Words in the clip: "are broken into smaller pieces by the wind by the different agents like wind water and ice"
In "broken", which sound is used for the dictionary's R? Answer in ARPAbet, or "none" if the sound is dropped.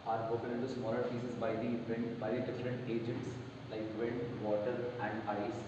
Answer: none